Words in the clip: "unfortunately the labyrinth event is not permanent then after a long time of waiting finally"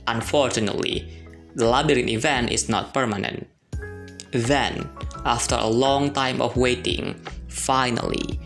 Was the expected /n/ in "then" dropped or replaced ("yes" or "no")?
no